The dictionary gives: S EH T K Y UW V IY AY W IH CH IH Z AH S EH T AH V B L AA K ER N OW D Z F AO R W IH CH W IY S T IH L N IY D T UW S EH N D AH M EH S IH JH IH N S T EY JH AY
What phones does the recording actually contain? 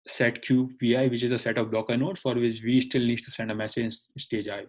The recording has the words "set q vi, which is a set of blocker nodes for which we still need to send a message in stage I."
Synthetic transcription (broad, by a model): S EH T K Y UW P IY AY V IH CH IH Z AH S EH T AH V B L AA K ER N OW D F AO R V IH CH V IY S T IH L N IY D T UW S EH N D AH M EH S IH JH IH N S T EY JH AY